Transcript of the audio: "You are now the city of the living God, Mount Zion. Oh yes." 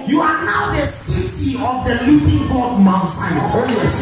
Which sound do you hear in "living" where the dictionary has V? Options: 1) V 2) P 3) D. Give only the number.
2